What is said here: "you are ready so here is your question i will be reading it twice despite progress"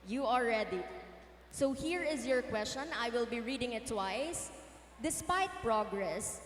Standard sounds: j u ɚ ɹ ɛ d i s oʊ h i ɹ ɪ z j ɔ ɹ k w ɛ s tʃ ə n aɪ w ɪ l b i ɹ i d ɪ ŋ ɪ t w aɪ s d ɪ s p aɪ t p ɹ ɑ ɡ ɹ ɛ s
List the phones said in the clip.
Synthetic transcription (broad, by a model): j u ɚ l ɛ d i s oʊ h i ɹ ɪ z j ɔ ɹ k w ɛ s tʃ ə n aɪ w ɪ l b i ɹ i d ɪ ŋ ɪ t w aɪ s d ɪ s p aɪ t p ɹ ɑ ɡ ɹ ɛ s